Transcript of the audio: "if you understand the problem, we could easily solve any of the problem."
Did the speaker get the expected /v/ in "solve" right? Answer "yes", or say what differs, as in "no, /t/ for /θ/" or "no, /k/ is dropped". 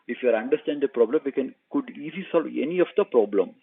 yes